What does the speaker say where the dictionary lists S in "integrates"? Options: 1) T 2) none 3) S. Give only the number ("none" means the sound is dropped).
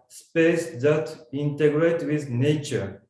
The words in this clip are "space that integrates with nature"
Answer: 2